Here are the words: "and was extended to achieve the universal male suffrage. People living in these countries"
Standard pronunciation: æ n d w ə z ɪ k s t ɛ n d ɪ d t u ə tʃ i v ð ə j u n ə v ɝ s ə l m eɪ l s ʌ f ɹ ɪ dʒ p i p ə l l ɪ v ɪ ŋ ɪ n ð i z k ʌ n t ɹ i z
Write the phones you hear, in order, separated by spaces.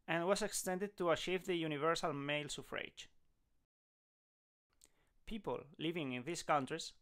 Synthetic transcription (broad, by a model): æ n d w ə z ɪ k s t ɛ n d ɪ d t u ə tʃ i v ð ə j u n ə v ɝ s ə l m eɪ l s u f ɹ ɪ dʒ p i p ə l l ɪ v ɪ ŋ ɪ n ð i s k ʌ n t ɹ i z